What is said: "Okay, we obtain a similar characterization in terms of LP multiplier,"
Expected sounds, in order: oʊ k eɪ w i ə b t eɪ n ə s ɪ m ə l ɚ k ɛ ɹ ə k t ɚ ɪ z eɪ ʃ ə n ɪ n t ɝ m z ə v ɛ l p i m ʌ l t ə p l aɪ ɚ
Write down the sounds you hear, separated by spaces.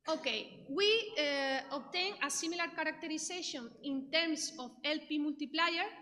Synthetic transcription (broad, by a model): oʊ k eɪ w i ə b t eɪ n ə s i m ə l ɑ k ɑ ɹ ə k t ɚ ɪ s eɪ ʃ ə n ɪ n t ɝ m s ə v ɛ l p i m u l t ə p l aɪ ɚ